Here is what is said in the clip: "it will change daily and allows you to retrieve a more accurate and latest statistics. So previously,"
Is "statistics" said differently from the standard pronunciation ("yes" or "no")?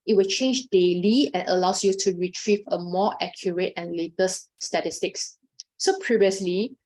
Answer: no